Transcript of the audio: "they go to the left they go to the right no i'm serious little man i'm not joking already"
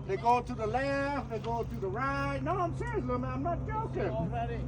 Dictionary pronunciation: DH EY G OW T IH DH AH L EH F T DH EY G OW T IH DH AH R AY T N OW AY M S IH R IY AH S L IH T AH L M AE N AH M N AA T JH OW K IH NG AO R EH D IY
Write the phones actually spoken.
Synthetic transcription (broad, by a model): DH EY G OW T IH DH AH L EH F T DH EY G OW T IH DH AH R AY T N OW AY M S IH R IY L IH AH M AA AH M N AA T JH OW K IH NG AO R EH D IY